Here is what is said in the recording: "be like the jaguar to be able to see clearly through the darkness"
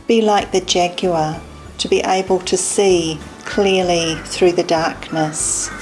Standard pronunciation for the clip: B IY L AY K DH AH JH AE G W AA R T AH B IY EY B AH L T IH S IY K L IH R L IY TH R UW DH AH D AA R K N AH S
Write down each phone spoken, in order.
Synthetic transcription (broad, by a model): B IY L AY K DH AH JH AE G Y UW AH T AH B IY EY B AH L T IH S IY K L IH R L IY TH R UW DH AH D AA R K N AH S